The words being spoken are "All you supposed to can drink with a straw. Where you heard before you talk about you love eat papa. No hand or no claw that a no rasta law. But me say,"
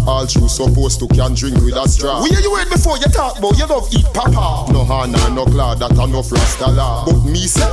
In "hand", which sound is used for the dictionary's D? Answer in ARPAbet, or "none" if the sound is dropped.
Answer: none